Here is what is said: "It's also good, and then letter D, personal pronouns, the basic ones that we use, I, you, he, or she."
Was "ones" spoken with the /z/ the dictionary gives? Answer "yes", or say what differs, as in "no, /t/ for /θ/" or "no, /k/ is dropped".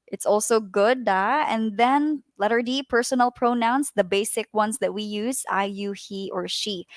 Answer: no, /s/ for /z/